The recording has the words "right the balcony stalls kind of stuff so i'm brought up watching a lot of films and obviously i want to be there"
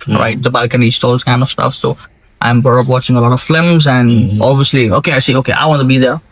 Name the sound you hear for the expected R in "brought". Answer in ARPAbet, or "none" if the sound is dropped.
none